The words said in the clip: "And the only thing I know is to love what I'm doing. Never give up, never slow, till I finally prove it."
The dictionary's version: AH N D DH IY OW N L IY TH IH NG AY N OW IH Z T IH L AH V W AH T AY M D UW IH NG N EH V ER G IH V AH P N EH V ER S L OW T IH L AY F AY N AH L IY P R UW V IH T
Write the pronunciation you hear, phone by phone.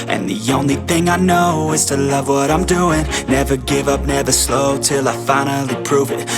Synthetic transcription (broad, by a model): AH N DH IY OW N L IY TH IH NG AY N OW IH Z T IH L AH V W AH T AY M D UW IH NG N EH V ER G IH V AH P N EH V ER S L OW T IH L AY F AY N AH L IY P R UW V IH T